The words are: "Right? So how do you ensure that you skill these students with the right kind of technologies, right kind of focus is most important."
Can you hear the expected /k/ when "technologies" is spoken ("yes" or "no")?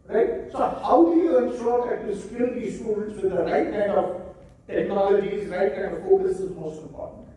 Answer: no